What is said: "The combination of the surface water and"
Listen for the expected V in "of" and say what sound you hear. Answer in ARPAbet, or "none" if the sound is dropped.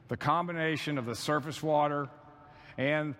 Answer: V